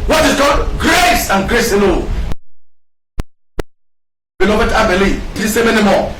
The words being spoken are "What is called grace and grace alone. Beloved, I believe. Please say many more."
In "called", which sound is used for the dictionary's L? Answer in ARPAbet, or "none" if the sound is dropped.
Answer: none